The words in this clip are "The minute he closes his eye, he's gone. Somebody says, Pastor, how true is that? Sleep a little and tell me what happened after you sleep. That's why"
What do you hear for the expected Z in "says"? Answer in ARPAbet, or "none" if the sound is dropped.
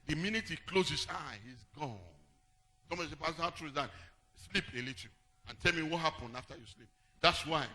none